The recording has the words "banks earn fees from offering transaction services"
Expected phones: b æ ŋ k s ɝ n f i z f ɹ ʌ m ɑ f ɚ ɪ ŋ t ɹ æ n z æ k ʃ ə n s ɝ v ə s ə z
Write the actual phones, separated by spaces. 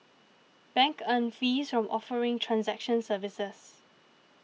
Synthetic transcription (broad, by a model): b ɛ ŋ k ɝ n f i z f ɹ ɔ m ɑ f ɚ ɪ ŋ t ɹ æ n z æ k ʃ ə n s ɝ v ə s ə s